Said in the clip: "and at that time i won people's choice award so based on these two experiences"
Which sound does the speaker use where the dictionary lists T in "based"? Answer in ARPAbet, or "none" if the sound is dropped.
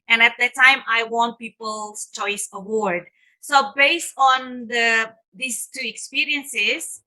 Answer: T